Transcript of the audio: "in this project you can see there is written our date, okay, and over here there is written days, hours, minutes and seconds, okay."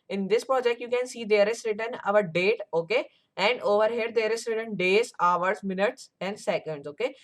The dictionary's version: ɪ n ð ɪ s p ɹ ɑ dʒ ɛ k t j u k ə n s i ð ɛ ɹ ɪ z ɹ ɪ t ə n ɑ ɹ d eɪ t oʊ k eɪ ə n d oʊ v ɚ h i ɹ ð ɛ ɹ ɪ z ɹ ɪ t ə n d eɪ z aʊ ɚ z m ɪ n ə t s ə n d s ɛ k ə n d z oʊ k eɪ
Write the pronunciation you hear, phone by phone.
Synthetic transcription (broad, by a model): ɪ n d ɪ s p ɹ ɑ dʒ ɛ k t j u k ə n s i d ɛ ɹ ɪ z ɹ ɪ t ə n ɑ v d eɪ t oʊ k eɪ ə n d oʊ v ɚ h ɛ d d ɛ ɹ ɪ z ɹ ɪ t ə n d eɪ z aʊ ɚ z m ɪ n ə t s ə n d s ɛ k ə n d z oʊ k eɪ